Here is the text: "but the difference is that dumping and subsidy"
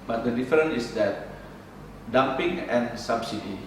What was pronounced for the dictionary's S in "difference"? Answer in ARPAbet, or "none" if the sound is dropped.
none